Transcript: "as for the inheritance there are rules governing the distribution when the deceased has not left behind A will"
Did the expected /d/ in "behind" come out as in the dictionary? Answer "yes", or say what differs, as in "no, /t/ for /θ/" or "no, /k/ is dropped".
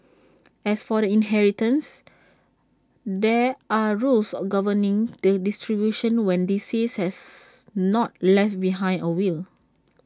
no, /d/ is dropped